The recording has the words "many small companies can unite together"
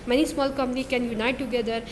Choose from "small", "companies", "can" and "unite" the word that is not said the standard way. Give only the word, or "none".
companies